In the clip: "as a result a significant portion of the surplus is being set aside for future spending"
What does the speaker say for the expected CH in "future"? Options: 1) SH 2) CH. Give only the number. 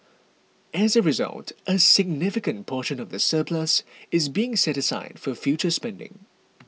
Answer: 2